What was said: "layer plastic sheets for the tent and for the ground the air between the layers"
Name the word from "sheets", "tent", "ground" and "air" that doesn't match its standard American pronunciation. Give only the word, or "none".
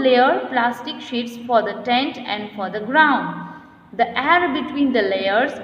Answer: none